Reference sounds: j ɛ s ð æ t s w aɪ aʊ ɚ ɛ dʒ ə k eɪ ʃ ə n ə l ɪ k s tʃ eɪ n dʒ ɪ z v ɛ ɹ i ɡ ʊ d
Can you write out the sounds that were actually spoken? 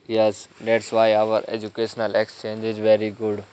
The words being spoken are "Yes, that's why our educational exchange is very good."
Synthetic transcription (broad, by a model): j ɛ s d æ t s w aɪ aʊ ɚ ɛ dʒ ə k eɪ ʃ ə n ə l ɪ k s tʃ eɪ n dʒ ɪ z v ɛ ɹ i ɡ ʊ d